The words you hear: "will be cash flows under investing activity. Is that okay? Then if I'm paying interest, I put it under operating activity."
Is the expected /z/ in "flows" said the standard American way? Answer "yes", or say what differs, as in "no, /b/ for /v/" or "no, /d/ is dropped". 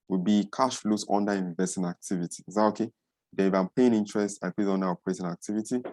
no, /s/ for /z/